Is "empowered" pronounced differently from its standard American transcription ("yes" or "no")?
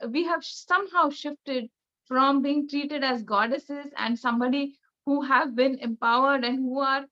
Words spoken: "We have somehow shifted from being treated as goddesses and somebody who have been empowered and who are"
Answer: no